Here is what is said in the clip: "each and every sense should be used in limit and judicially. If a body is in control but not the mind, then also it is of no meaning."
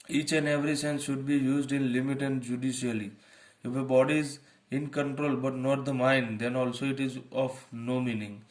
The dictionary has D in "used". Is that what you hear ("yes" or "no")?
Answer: yes